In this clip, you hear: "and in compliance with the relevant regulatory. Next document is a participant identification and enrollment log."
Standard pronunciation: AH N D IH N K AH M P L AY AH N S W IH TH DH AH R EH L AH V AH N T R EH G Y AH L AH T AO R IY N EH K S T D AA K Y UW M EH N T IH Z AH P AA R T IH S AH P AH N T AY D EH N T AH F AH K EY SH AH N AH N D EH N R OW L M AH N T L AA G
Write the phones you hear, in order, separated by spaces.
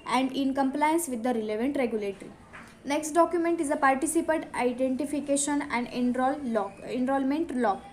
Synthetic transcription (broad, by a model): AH N D IH N K AH M P L AY AH N S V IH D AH R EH L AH V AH N T R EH G Y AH L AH T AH R IY N EH K S T D AA K Y UW M EH N T IH Z AH P AA R T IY S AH P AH T AY D EH N T AH F AH K EY SH AH N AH N D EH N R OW L M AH N T L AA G